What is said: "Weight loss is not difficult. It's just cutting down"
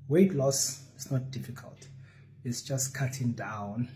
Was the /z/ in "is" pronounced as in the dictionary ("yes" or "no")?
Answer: no